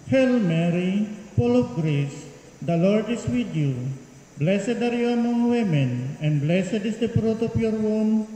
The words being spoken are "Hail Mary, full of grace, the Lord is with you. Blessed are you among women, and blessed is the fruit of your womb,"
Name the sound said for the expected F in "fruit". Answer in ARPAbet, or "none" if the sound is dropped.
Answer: P